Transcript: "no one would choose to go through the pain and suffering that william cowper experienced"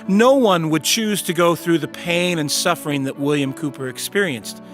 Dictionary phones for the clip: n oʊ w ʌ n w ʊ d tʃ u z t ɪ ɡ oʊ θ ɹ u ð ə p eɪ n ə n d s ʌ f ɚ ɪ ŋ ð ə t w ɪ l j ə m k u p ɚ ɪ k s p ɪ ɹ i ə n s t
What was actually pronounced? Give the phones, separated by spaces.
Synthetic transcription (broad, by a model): n oʊ w ʌ n w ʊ d tʃ u z t ɪ ɡ oʊ θ ɹ u ð ə p eɪ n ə n s ʌ f ɚ ɪ ŋ ð ə t w ɪ l j ə m k u p ɚ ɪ k s p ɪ ɹ i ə n s t